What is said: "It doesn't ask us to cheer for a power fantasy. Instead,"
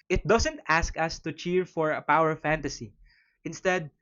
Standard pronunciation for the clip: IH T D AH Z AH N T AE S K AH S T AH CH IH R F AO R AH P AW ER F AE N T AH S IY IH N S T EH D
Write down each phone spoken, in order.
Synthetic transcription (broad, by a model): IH T D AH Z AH N T AE S K AH S T AH CH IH R F AO R AH P AW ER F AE N T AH S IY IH N S T EH D